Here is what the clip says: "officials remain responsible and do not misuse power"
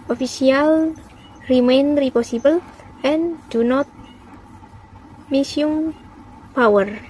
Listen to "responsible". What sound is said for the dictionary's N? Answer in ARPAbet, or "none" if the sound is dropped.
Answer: none